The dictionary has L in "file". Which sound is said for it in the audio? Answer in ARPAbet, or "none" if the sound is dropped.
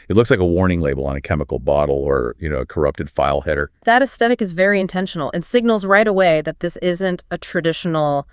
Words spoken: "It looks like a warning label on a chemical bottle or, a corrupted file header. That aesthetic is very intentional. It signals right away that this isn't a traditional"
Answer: L